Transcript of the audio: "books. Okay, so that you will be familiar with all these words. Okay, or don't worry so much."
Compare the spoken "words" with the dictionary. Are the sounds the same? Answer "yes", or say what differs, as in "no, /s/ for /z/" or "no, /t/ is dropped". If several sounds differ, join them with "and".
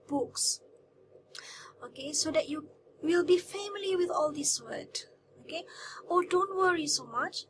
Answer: no, /z/ is dropped